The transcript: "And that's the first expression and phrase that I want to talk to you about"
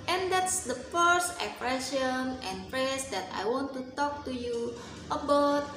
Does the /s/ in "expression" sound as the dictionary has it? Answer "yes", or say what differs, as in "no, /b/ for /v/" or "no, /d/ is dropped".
no, /s/ is dropped